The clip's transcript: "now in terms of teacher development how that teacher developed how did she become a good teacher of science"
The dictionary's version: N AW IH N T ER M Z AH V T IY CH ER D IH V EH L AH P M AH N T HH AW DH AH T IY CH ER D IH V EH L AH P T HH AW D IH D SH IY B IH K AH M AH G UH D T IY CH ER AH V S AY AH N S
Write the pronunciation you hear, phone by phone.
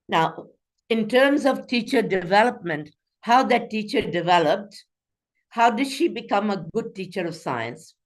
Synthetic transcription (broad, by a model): N AW IH N T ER M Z AH V T IY CH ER D IH V EH L AH P M AH N T HH AW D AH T IY CH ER D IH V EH L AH P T HH AW D IH D SH IY B IH K AH M AH G UH D T IY CH ER AH V S AY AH N S